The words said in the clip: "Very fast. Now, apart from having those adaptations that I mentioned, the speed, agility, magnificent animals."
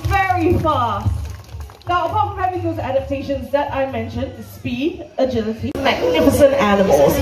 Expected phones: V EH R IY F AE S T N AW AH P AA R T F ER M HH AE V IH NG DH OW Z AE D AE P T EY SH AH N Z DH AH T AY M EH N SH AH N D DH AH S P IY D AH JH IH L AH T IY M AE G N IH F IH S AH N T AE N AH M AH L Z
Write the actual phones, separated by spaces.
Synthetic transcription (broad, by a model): V EH R IY F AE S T N AW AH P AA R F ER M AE W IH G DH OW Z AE D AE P T EY SH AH N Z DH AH T AY M EH N SH AH N D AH S P IY D AH JH IH L AH T IY M AE G N IH F IH S AH N T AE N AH M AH L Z